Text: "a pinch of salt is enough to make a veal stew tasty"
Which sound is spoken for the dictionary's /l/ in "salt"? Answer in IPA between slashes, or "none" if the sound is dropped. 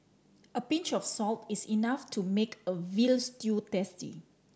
/l/